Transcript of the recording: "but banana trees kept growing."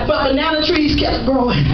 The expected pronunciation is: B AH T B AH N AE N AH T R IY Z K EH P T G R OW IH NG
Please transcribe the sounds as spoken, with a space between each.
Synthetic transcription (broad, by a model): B AH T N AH UH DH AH T R IY Z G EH T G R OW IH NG